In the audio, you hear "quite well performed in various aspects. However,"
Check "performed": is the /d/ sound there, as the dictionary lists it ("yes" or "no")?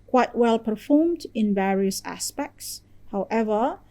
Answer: yes